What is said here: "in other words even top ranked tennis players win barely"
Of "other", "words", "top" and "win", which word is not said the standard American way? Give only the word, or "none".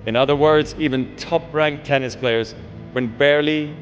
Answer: none